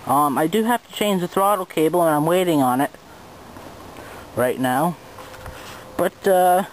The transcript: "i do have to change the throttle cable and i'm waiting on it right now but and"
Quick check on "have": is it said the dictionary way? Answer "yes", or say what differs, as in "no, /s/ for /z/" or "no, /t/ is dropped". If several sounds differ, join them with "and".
no, /f/ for /v/